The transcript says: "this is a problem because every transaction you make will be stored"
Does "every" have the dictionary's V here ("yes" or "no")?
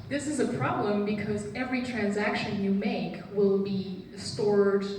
yes